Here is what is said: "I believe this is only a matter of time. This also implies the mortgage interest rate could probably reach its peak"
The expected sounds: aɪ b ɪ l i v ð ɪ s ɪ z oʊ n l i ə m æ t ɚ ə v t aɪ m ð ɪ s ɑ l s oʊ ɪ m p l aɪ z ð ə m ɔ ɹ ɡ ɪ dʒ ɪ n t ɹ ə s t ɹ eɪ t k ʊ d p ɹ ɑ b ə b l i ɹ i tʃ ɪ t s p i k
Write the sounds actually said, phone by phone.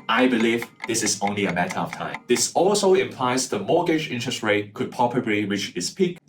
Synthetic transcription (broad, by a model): aɪ b ɪ l i v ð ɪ s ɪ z oʊ n l i ə m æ t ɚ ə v t aɪ m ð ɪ s ɑ l s oʊ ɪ m p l aɪ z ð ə m ɔ ɡ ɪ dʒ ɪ n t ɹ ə s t ɹ eɪ t k ʊ d p ɑ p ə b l i ɹ i tʃ ɪ t s p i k